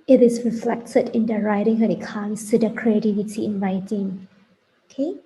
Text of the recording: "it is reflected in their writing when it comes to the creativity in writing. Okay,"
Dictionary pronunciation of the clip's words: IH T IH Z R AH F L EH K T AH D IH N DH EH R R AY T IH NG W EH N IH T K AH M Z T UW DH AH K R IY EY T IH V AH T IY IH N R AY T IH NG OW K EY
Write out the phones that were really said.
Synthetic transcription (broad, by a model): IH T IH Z R AH F L EH K T AH D IH N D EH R R AY T IH NG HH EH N IH T K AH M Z T UW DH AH K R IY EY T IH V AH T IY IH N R AY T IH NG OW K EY